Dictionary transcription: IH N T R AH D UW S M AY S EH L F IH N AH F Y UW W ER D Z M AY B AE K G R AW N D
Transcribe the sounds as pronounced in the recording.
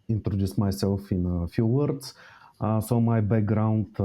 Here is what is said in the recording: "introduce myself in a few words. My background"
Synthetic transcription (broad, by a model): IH N T R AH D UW S M AY S EH L F IH N F Y UW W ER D S M AY B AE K G R AW N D